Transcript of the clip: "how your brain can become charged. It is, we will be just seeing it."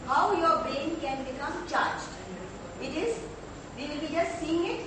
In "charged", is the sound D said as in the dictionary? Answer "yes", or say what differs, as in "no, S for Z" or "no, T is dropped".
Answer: no, D is dropped